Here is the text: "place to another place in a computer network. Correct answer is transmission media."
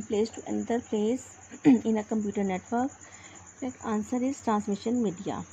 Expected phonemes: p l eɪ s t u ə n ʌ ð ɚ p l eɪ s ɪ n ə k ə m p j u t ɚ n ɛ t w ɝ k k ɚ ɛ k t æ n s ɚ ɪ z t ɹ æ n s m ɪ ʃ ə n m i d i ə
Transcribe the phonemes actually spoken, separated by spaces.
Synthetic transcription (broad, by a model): p l eɪ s t u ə n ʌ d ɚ p l eɪ s ɪ n ə k ə m p j u t ɚ n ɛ t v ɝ k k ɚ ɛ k ɑ n s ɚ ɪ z t ɹ æ n s m ɪ ʃ ə n m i d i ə